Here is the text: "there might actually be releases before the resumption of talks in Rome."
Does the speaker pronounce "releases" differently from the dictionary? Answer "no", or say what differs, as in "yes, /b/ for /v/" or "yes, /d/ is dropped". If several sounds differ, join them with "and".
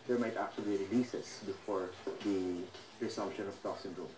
yes, /s/ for /z/